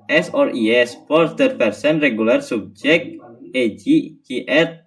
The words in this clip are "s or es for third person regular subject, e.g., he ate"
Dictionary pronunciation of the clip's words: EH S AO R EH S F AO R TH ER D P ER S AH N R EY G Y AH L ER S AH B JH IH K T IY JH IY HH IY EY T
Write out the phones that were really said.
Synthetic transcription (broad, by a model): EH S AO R EH S P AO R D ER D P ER S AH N R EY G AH L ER S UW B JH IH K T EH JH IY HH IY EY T